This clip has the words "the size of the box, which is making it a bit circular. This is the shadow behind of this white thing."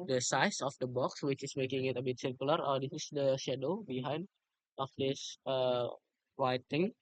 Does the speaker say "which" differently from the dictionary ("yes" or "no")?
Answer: no